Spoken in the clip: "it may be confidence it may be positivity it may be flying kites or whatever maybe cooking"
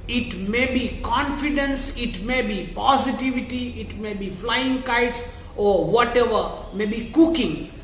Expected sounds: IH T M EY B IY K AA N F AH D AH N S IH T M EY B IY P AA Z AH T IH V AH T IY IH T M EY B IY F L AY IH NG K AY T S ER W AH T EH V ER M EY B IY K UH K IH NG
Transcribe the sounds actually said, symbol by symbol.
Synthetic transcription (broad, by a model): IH T M EY B IY K AA N F AH D AH N S IH T M EY B IY P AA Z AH T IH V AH T IY IH T M EY B IY F L AY IH NG K AY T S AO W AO T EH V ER M EY B IY K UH K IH NG